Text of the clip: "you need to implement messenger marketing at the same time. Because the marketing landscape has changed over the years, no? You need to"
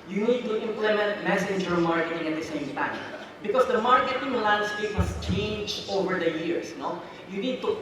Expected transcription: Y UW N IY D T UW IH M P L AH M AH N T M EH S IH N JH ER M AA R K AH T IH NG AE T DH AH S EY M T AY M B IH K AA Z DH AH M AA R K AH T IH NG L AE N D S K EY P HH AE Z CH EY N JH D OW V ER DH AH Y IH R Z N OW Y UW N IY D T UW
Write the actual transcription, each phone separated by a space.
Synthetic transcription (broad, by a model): Y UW N IY D T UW IH M P L AH M AH N T M EH S IH N JH ER M AA R K AH T IH NG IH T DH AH S EY M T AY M B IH K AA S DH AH M AA R K AH T IH NG L AE N D S K EY P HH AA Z CH EY N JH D OW V ER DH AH Y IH R S N OW Y UW N IY D T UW